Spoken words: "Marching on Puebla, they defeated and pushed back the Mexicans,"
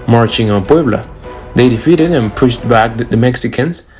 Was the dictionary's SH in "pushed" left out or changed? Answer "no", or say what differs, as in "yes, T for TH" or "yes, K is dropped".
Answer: no